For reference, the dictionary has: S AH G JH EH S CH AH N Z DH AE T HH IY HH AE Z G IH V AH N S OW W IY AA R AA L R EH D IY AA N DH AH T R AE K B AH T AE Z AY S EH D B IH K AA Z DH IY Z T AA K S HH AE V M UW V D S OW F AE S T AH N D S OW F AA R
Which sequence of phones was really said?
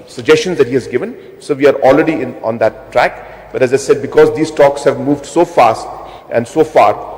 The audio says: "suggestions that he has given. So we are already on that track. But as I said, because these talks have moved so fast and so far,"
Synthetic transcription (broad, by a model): S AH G JH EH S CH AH N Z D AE T HH IY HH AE Z G IH V AH N S OW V IY AA R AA L R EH D IY AA N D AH T R AE K B AH T AE Z AY S EH D B IH K AA Z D IY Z T AA K S HH AE V M UW V D S OW F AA S T AH N D S OW F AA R